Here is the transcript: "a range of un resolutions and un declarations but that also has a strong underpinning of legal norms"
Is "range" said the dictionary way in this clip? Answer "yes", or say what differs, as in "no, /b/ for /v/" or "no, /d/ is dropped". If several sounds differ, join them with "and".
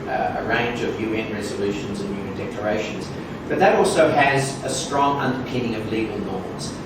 yes